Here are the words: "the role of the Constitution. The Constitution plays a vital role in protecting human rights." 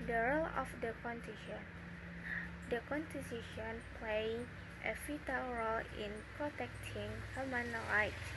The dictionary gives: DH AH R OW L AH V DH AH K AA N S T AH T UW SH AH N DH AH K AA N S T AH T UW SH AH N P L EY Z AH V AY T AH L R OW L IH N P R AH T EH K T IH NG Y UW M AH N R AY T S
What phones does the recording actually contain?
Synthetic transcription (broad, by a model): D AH R OW L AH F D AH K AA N T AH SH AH N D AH K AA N T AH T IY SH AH N P L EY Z AH F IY T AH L R OW L IH N P R AH T EH K T IH NG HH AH M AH N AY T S